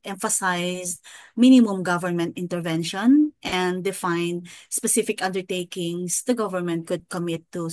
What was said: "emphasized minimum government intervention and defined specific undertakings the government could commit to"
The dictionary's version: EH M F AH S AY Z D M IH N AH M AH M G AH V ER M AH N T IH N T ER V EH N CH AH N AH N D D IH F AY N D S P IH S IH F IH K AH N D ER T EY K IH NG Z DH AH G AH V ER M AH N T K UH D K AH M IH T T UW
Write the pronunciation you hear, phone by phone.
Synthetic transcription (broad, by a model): EH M F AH S AY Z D M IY N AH M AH M G AH V ER M AH N T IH N T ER V EH N SH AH N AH N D D IH F AY N D S P IH S IH F IH K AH N D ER T EY K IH NG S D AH G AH V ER M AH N T K UH D K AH M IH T T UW